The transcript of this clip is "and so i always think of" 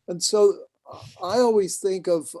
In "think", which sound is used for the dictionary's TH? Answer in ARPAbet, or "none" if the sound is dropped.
TH